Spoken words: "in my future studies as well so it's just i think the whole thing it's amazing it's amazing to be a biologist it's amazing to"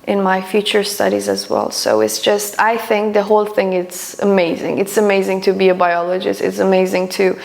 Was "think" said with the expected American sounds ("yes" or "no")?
yes